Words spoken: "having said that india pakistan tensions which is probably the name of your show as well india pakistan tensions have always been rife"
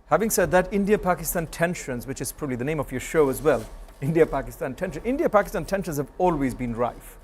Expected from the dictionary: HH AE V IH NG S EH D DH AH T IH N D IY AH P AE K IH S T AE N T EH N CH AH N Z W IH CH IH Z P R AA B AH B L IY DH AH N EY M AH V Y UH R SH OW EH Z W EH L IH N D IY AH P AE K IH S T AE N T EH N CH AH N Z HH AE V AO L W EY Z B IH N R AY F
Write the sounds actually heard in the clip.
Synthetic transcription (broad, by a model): HH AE V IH NG S EH D DH AH T IH N D IY AH P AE K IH S T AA N T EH N SH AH N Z W IH CH IH Z P R AA B AH B L IY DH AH N EY M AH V Y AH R SH OW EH Z W EH L IH N D IY AH P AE K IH S T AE N T EH N SH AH N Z HH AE V AO L W EY Z B IH N R AY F